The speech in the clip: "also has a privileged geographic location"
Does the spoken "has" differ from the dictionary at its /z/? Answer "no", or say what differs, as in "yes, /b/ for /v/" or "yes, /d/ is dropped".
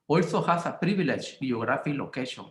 yes, /s/ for /z/